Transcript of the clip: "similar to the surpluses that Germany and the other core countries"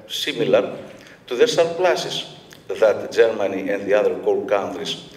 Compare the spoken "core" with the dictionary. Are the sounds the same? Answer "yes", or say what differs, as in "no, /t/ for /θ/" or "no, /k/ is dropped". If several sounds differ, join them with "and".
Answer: no, /l/ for /ɹ/